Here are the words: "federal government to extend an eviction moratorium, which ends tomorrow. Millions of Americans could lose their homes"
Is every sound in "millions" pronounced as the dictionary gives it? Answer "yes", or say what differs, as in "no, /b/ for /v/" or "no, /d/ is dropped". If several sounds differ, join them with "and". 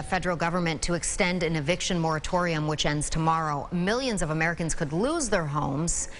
yes